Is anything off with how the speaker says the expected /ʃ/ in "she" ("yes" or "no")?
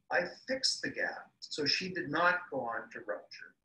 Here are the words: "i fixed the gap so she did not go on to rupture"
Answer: no